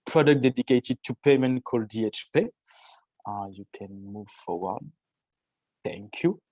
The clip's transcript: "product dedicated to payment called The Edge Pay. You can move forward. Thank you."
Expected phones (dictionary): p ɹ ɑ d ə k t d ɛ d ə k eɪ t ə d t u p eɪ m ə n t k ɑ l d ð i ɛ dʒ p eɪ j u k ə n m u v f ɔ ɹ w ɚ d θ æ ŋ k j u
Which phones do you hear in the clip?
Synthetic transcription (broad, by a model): p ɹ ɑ d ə k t d ɛ d ə k eɪ t ə d t u p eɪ m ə n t k ɑ l d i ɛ tʃ p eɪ j u k ə n m u v f ɔ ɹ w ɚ d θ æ ŋ k j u